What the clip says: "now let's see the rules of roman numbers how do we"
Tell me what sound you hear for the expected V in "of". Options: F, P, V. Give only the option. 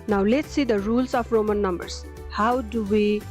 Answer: P